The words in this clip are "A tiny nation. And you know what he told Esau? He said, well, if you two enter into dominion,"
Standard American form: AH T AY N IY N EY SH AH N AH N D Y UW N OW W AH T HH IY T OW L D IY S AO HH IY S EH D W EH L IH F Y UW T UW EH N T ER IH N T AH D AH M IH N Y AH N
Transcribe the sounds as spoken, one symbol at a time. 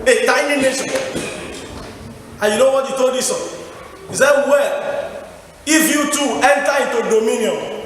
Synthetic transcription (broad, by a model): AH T AY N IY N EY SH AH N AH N Y UW N OW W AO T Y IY T OW L D IY S AO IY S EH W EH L IH F Y UW T UW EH N T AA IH T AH D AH M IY N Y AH